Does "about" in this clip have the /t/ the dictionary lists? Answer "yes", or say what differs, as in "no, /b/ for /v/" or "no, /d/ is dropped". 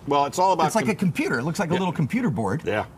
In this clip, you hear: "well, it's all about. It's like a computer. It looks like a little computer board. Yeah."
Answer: no, /t/ is dropped